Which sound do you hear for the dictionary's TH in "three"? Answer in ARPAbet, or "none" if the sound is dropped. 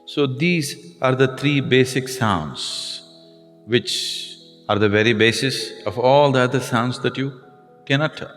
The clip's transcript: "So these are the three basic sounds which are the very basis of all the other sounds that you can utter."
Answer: T